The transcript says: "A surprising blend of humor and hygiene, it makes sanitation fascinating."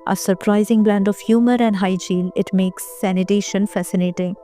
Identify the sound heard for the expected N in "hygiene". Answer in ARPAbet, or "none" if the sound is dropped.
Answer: L